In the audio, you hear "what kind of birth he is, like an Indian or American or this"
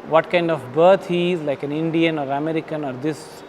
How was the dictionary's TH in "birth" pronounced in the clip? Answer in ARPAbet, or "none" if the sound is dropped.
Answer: T